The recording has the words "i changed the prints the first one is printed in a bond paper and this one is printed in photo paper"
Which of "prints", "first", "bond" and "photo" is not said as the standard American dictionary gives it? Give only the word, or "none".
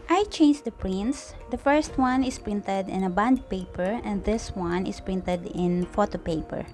none